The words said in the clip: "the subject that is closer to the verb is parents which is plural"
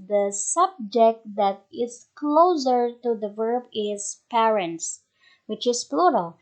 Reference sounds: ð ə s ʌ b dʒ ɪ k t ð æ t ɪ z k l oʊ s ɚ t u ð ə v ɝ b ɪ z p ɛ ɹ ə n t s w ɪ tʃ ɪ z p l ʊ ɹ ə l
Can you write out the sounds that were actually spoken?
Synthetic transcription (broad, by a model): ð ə s ʌ b dʒ ɪ k t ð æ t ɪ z k l oʊ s ɚ t u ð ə v ɝ b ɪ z p ɛ ɹ ə n t s w ɪ tʃ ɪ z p l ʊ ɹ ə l